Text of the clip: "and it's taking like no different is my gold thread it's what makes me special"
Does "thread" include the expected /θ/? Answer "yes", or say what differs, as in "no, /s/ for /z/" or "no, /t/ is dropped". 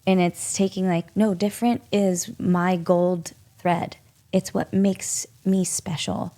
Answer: yes